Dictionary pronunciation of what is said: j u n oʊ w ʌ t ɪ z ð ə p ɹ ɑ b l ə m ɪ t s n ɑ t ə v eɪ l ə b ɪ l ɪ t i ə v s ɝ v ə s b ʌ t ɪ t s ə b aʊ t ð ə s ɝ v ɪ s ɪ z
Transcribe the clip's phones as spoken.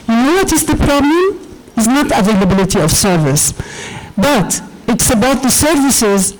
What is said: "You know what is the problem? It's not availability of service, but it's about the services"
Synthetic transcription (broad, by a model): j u n oʊ w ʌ t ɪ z ð ə p ɹ ɑ b l ə m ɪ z n ɑ t ə v eɪ l ə b ɪ l ɪ t i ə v s ɝ v ə s b ʌ t ɪ t s ə b aʊ t ð ə s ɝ v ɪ s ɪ z